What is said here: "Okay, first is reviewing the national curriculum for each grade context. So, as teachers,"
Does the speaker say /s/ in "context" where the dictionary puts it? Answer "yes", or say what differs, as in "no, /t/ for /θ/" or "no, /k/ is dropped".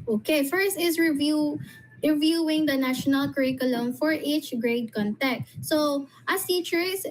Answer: no, /s/ is dropped